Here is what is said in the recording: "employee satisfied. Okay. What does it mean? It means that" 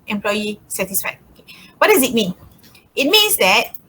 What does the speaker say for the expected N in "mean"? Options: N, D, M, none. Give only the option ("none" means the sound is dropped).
N